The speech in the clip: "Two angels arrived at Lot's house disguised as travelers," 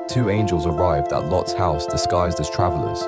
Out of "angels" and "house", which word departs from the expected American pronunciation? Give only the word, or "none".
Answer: none